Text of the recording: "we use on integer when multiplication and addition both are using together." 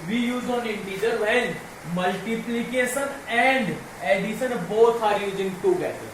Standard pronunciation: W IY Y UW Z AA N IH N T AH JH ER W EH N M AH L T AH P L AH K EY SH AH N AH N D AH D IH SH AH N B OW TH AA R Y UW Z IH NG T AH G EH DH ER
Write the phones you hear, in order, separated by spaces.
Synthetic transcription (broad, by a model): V IY Y UW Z AA N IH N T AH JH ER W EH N M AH L T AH P L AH K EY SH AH N AH N D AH D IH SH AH N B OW S AA R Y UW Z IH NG T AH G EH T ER